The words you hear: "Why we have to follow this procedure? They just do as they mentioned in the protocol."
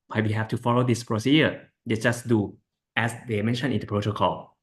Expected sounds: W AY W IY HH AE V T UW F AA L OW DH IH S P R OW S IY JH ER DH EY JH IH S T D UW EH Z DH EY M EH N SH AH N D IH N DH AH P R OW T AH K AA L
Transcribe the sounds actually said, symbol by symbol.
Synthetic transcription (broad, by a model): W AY W IY HH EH F T UW F AA L OW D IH S P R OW S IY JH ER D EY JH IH S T D UW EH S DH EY M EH N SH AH N IH N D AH P R OW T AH K AA L